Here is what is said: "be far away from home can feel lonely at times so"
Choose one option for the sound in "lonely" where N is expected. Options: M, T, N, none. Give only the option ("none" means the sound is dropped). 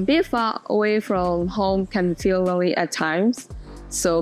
none